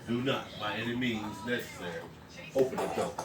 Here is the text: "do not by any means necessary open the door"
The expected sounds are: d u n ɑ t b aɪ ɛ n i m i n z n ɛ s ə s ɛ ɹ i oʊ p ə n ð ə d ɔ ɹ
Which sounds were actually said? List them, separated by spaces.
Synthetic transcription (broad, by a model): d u n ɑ t b aɪ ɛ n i m i n z n ɛ s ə s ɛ ɹ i oʊ p ə n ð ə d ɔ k